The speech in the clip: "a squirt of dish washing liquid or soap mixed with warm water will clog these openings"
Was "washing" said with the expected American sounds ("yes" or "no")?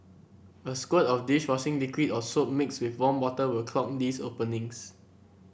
no